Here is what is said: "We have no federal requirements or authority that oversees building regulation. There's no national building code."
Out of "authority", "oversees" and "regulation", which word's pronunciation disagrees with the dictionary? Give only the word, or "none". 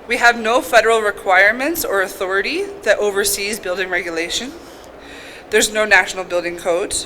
none